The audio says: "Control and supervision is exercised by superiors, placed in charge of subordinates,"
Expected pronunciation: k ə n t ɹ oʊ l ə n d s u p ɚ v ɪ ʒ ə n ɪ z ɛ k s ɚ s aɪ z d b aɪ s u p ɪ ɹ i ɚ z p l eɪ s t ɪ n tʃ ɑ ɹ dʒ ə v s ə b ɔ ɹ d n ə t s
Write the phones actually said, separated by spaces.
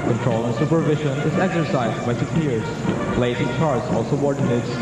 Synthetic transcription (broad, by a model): k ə n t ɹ oʊ l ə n s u p ɚ v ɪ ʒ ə n ɪ z ɛ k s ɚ s aɪ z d b aɪ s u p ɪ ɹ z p l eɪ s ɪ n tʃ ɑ ɹ z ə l s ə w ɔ ɹ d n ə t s